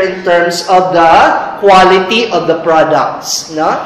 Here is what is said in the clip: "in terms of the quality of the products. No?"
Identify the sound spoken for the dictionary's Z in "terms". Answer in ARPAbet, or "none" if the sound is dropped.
S